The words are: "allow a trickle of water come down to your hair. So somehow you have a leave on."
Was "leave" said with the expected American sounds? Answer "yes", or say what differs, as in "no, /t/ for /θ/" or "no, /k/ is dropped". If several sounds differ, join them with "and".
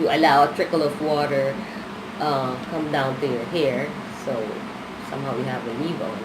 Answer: no, /n/ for /l/